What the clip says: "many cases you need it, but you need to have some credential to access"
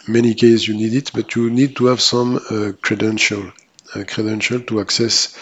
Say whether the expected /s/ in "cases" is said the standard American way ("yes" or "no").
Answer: no